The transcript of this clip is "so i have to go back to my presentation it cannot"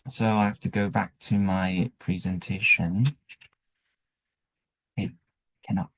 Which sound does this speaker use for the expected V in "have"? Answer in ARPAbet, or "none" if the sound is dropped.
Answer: F